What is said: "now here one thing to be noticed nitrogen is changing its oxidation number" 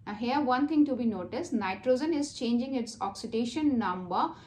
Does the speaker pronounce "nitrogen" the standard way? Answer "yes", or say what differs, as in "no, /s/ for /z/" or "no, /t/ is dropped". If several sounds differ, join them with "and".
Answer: yes